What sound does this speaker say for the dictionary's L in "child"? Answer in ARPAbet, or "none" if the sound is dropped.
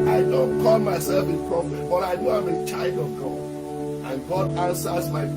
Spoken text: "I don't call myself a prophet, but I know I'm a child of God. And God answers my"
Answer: L